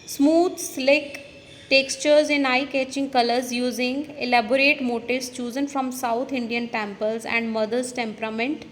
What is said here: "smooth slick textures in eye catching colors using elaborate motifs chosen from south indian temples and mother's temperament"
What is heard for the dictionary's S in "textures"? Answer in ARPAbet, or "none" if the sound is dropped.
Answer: S